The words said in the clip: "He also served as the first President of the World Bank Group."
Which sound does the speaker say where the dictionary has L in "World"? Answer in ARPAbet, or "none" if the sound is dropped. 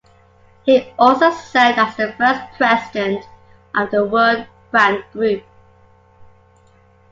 none